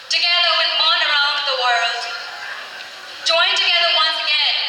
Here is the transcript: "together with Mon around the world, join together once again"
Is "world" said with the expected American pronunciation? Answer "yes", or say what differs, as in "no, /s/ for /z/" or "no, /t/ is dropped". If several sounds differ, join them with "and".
yes